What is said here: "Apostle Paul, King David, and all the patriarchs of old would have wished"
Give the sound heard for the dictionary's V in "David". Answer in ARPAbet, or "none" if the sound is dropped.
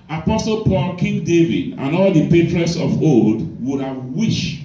V